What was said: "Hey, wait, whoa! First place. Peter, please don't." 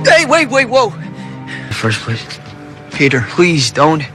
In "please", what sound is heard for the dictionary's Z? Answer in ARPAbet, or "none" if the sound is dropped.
Z